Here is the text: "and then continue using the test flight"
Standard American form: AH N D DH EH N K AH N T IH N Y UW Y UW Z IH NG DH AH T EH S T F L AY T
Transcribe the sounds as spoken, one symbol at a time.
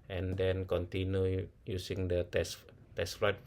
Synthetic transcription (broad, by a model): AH N D EH N K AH N T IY N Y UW Y UW S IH NG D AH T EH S T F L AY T